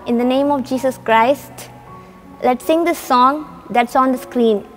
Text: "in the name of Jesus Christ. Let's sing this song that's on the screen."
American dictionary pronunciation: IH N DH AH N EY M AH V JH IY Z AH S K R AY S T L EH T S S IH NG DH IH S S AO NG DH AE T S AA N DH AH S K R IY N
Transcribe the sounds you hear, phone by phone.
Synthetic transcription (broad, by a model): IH N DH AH N EY M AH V JH IY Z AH S K R AY S T L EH T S S IH NG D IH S S AO NG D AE T S AA N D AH S K R IY N